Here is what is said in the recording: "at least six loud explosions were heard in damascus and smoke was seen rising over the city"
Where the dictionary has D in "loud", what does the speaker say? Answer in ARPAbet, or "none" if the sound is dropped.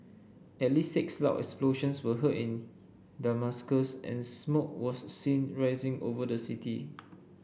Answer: none